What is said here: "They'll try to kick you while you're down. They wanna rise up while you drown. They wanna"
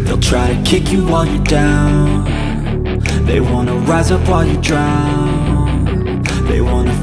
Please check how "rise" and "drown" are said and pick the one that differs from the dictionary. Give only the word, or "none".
none